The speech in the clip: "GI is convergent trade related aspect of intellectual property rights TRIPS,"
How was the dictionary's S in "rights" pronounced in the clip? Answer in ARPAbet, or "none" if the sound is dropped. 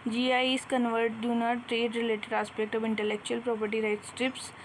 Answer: S